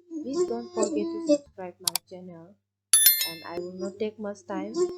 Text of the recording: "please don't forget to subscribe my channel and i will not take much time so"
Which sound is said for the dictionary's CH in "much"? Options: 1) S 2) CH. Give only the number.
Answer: 1